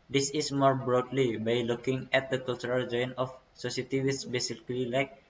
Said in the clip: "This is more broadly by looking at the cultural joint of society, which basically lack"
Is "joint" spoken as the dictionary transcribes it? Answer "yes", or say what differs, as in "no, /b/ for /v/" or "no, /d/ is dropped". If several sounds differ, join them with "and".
no, /t/ is dropped